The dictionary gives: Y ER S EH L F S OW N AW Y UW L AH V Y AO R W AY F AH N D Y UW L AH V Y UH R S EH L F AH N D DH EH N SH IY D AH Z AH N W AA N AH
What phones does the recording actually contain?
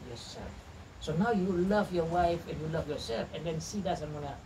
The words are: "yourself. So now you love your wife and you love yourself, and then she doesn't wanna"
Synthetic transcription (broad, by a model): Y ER S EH S OW N AW Y UW L AH V Y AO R W AY F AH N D Y UW L AH V Y UH R S EH L F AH N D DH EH N S IY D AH S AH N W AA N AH